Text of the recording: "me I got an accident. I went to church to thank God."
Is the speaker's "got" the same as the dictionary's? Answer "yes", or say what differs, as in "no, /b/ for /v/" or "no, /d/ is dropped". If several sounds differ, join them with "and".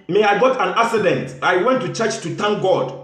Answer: yes